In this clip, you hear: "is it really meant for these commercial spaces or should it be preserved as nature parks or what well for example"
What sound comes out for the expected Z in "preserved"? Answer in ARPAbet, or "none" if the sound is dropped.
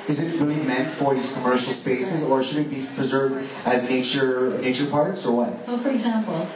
Z